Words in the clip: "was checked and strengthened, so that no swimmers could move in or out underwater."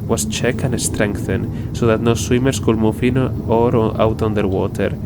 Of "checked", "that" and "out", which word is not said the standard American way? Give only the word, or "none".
checked